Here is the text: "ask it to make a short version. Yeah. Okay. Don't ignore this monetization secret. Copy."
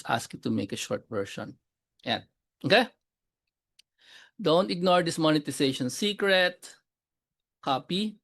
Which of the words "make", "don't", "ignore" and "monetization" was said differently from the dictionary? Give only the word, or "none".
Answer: monetization